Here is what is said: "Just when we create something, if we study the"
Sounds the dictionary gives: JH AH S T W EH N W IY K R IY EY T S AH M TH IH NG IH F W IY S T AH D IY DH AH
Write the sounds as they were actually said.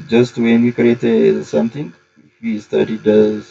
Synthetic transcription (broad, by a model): JH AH S T W EH N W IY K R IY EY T S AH M T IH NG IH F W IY S T AH D IY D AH